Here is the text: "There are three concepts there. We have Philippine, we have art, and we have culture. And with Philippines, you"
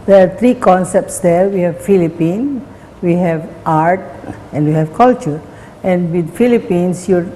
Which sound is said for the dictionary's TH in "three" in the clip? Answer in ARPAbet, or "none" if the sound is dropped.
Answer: T